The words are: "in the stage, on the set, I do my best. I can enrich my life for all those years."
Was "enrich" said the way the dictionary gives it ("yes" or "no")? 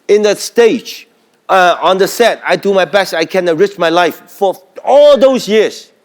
no